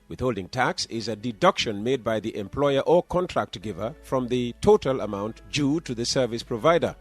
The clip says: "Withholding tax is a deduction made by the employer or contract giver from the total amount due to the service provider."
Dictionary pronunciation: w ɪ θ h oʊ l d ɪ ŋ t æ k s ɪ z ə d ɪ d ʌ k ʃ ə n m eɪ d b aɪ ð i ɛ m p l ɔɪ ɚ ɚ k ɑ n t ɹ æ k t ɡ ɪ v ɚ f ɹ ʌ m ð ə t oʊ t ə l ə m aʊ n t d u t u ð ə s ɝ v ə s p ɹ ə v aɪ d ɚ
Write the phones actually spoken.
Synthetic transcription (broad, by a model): w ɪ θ h oʊ l d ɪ ŋ t æ k s ɪ z ə d ɪ d ʌ k ʃ ə n m eɪ d b aɪ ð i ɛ m p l ɔɪ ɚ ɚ k ɑ n t ɹ æ k t ɡ ɪ v ɚ f ɹ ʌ m ð ə t oʊ t ə l ə m aʊ n t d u t u ð ə s ɝ v ə s p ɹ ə v aɪ d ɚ